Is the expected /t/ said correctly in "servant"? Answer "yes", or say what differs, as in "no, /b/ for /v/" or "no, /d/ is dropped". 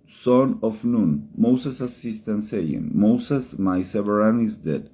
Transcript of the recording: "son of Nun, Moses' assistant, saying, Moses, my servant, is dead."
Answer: no, /t/ is dropped